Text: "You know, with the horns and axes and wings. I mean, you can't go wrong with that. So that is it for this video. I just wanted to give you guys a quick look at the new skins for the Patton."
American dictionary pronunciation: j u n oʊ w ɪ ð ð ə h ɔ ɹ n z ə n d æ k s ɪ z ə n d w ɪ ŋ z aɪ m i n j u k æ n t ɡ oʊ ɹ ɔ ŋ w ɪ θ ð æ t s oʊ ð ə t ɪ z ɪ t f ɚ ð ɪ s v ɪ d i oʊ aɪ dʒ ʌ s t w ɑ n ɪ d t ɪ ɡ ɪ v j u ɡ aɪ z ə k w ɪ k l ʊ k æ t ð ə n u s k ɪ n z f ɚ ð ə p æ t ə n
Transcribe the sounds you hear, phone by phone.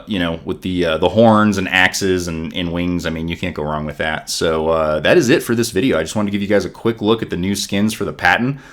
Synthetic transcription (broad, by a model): j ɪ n oʊ w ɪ ð ð ə h ɔ ɹ n z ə n æ k s ɪ z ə n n w ɪ ŋ z aɪ m i n j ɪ k æ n ɡ oʊ ɹ ɔ ŋ w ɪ ð æ t s oʊ ð ə t ɪ z ɪ t f ɚ ð ɪ s v ɪ d i oʊ aɪ dʒ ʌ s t w ɑ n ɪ t ɪ ɡ ɪ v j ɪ ɡ aɪ z ə k w ɪ k l ʊ k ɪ t ð ə n u s k ɪ n z f ɚ ð ə p æ t n